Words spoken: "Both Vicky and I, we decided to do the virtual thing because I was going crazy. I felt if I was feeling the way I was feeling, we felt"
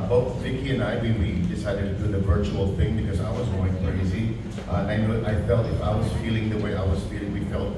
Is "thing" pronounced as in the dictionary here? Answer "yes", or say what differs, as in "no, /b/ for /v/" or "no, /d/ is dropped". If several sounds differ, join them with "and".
yes